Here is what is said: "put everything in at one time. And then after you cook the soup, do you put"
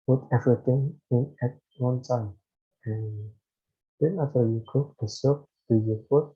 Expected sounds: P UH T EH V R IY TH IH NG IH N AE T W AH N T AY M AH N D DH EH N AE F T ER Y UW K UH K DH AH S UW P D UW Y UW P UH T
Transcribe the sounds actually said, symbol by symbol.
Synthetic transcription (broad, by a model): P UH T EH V R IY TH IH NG IH N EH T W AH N T AY M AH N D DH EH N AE T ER Y UW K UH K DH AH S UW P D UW Y UW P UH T